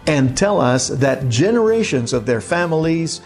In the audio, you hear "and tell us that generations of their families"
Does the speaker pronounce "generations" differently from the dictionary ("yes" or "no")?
no